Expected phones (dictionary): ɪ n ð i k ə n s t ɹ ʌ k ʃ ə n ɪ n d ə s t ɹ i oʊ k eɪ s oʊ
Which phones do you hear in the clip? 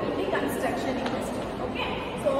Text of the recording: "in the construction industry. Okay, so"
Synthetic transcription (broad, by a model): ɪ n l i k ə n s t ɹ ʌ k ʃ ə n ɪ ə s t i oʊ k eɪ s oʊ